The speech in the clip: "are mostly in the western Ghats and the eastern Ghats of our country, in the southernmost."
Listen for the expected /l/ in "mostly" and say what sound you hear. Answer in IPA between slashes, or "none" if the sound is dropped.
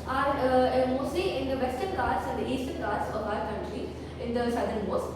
none